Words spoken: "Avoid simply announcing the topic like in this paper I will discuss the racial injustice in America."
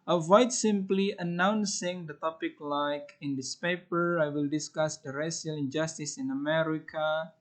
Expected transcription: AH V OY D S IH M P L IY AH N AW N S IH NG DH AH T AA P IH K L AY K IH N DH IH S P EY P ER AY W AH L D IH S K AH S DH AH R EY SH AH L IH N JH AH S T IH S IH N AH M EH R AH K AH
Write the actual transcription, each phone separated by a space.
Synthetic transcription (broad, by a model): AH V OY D S IH M P L IY AH N AW N S IH NG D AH T AA P IH K L AY K IH N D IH S P EY P ER AY W AH L D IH S K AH S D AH R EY S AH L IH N JH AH S T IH S IH N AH M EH R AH K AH